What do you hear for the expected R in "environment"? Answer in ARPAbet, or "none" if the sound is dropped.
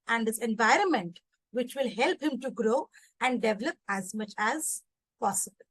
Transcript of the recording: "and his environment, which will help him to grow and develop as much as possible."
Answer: R